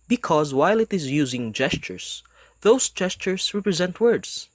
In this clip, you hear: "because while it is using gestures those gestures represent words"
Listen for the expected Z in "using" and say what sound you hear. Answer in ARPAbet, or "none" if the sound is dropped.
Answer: Z